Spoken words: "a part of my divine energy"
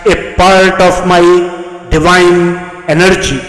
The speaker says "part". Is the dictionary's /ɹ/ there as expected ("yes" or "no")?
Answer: yes